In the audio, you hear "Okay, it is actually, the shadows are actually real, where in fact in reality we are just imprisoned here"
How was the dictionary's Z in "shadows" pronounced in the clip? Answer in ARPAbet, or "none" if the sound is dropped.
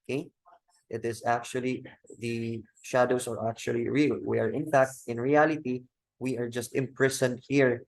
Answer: S